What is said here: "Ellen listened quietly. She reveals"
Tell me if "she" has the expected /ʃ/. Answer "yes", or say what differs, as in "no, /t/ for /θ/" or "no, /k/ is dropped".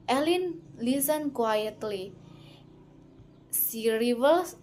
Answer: no, /s/ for /ʃ/